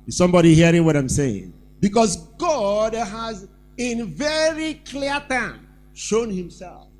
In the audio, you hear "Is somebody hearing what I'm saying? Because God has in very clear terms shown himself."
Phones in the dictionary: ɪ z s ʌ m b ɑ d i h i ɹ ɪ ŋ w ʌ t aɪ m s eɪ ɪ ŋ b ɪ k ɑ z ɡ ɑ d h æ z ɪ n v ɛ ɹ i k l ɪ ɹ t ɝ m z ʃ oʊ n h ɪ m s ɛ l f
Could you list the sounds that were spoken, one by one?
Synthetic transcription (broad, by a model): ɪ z s ʌ m b ɑ d i h i ɹ ɪ ŋ w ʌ t aɪ m s eɪ ɪ ŋ b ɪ k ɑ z ɡ ɑ d h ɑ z ɪ n v ɛ ɹ i k l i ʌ t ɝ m ʃ oʊ n h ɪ m s ɛ l f